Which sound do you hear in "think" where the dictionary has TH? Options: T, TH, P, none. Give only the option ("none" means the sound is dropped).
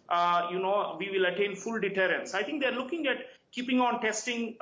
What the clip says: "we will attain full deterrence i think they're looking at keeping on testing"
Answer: T